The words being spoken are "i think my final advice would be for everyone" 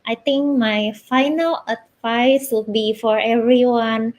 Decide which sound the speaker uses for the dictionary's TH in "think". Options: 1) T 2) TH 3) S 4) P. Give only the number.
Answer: 1